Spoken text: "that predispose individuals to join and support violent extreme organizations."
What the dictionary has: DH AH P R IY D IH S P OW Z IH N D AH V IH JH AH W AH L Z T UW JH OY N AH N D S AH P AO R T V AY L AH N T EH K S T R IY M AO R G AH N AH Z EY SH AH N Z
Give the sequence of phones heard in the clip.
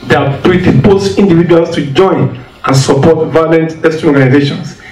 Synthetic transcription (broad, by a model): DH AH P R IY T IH P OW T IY N D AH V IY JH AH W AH L S T UW JH OY N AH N S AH P AO T V AY L AH N T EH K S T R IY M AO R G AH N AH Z EY SH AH N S